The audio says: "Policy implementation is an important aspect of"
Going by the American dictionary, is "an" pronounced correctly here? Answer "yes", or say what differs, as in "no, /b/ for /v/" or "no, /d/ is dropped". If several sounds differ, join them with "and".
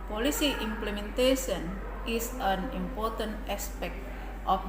yes